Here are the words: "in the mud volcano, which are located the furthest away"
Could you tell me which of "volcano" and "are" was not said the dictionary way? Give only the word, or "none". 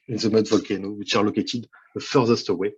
none